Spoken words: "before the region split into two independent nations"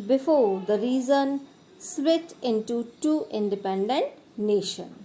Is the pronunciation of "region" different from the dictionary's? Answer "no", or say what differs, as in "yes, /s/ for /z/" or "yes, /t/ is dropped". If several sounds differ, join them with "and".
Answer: yes, /z/ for /dʒ/